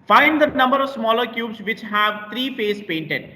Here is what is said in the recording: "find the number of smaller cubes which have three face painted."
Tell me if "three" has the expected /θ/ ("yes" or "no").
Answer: no